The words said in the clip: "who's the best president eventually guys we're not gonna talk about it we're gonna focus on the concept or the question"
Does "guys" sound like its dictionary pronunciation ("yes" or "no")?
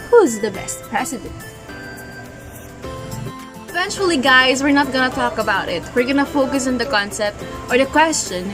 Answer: yes